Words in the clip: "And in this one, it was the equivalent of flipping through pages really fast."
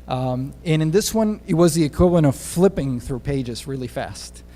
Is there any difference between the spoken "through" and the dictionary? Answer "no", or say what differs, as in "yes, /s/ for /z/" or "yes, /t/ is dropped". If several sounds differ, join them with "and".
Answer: no